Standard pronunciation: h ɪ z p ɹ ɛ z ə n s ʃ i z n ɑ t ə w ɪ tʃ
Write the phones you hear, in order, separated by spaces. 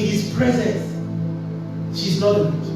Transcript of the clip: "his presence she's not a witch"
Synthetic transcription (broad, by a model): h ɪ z p ɹ ɛ z ə n s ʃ i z n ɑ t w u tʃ